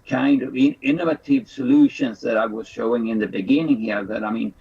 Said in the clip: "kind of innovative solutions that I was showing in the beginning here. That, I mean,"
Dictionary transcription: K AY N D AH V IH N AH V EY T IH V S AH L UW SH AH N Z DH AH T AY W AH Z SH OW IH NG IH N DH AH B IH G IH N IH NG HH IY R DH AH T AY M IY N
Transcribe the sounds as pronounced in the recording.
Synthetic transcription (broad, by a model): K AY N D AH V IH N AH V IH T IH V S AH L UW SH AH N Z DH AH T AY W AH Z SH OW IH NG IH N DH AH B IH G IH N IH NG HH IY R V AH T AY M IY N